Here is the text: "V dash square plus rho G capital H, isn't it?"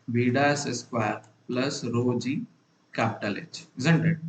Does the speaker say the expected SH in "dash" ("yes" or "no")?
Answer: no